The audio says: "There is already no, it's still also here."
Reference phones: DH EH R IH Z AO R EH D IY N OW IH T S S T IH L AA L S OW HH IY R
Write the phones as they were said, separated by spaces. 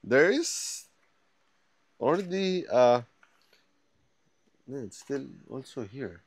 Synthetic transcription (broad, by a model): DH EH R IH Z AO L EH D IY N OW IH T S S T IH L AA L S OW HH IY R